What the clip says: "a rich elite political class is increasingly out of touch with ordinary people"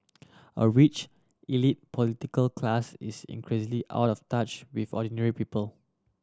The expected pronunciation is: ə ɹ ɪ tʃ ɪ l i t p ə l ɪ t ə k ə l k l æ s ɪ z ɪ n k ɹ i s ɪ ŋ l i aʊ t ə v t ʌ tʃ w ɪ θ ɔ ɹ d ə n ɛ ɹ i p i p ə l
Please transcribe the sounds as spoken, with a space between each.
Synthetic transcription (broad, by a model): ə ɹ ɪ tʃ ɪ l i t p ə l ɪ t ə k ə l k l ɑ s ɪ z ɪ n k ɹ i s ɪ l i aʊ t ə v t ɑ tʃ w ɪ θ ɔ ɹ d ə n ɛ ɹ i p i p ə l